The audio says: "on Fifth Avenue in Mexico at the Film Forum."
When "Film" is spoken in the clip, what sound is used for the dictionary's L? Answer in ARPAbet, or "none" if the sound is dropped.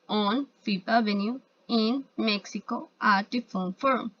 none